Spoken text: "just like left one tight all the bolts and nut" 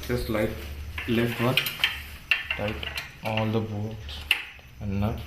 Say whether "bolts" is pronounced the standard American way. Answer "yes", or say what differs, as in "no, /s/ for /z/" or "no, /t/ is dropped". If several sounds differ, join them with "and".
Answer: no, /l/ is dropped